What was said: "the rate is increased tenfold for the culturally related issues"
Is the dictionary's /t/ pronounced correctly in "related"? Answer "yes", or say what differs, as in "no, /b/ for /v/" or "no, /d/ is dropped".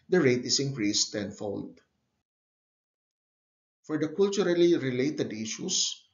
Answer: yes